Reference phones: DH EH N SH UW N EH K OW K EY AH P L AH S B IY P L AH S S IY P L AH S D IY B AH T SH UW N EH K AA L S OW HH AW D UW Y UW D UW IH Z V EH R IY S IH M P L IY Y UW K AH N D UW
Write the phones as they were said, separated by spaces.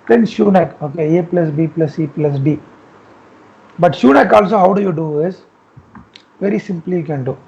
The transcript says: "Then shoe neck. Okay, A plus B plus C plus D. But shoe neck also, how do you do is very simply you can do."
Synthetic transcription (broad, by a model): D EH N SH UW N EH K OW K EY AH P L AH S B IY P L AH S S IY P L AH S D IY B AH T SH UW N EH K AA L S OW HH AW D UW Y UW D UW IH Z V EH R IY S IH M P L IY Y UW K AH N D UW